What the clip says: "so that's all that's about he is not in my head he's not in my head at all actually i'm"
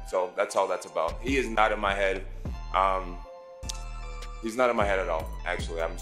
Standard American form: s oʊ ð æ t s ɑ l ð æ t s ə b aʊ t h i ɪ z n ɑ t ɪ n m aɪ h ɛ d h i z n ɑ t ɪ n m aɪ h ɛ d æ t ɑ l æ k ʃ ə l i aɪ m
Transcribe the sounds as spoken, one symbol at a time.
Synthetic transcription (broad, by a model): s oʊ ð æ t s ɑ l ð æ t s ə b aʊ t h i ɪ z n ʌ t ɪ n m aɪ h ɛ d h i z n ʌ t ɪ n m aɪ h ɛ d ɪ t ɑ l æ k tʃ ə l i aɪ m